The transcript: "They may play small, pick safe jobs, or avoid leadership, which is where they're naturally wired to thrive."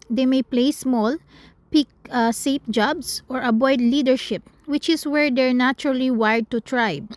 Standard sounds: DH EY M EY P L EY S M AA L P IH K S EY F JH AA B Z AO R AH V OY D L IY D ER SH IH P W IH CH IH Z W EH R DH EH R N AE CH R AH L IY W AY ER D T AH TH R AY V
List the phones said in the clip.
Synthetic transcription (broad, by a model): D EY M EY P L EY S M AA L P IH K S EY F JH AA B S AO R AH B OY D L IY D ER SH IH P W IH CH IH S W EH R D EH R N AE CH R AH L IY W AY D T AH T R AY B